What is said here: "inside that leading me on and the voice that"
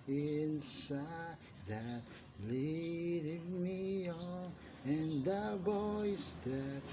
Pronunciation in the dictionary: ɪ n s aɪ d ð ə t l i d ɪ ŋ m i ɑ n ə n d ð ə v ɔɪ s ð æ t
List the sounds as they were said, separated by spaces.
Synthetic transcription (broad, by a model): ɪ n s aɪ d ð ə t l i d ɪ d m i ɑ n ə n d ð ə b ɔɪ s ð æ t